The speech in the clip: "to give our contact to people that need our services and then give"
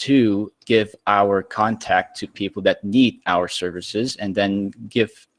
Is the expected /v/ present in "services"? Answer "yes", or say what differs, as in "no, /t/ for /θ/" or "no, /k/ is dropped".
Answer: yes